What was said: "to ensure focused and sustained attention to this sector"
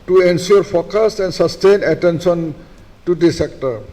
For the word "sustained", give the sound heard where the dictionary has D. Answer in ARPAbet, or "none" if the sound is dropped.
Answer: none